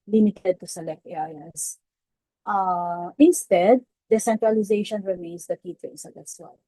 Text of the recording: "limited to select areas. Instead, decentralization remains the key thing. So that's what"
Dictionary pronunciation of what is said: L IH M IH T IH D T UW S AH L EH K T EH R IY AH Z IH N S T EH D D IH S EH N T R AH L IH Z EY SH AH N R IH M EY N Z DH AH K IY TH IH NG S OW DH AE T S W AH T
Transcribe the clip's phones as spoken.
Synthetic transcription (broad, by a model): L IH M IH T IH D T UW S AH L EH K T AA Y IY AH IH N S T EH D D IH S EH N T R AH L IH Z EY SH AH N R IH M EY N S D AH K IY T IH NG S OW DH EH S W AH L